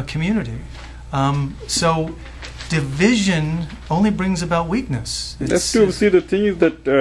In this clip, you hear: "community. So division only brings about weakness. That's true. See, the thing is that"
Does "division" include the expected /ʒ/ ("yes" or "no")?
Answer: yes